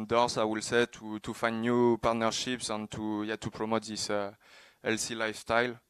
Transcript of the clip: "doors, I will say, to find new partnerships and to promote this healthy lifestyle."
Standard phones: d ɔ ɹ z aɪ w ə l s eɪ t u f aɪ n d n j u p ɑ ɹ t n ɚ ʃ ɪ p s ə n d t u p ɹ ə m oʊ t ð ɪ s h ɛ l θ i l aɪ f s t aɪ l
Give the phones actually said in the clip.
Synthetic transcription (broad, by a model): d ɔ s aɪ w ə l s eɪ t u f aɪ n d n j u p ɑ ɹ t n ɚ ʃ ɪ p s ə n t t u p ɹ ə m oʊ t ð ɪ s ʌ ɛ l s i l aɪ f s t aɪ l